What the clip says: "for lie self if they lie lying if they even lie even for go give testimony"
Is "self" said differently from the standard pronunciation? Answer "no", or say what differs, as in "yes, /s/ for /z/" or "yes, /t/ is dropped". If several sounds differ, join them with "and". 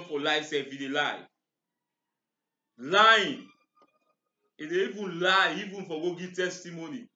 yes, /l/ is dropped